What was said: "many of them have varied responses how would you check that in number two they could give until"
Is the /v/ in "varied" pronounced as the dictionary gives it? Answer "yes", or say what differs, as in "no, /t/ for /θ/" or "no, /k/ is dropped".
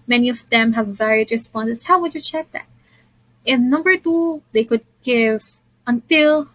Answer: yes